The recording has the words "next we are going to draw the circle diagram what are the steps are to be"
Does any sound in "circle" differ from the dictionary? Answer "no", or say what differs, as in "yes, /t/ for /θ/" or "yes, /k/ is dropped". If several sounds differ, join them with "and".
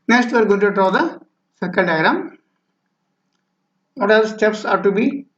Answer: yes, /n/ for /l/